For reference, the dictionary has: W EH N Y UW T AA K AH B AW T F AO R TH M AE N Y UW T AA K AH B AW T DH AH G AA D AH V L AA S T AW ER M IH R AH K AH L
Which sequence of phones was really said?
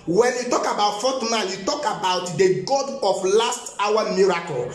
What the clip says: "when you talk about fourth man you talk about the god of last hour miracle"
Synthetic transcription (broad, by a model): W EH N Y UW T AA K AH B AW T F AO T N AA L Y UW T AA K AH B AW T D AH G AA D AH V L AA S T AW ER M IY R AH K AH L